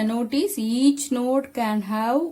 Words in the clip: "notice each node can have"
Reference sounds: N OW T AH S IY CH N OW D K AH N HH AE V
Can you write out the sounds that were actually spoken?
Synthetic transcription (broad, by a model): N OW T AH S IY CH N OW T K AH N HH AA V